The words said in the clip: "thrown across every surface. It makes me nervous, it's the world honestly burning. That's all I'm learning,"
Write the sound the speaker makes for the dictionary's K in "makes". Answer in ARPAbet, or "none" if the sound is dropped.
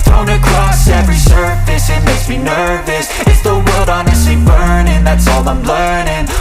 none